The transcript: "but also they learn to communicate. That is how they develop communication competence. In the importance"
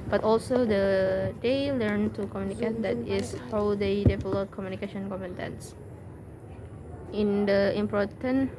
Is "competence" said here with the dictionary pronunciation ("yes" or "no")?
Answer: no